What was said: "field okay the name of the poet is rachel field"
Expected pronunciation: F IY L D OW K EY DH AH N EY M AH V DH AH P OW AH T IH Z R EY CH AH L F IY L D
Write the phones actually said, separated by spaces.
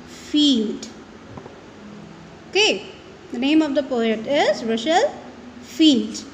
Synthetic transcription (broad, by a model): F IY L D OW K EY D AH N EY M AH V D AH P OW AH T IH Z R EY SH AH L F IY L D